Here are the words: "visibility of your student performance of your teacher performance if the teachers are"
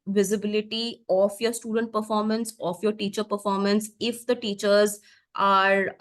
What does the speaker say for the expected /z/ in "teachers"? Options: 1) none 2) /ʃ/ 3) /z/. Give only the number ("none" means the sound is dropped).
3